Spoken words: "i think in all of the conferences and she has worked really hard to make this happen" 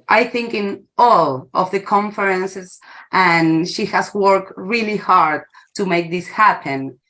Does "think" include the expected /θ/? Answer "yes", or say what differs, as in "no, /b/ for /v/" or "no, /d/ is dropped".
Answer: yes